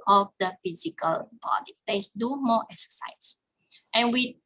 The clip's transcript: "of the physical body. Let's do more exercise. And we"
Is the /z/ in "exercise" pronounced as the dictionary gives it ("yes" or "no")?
no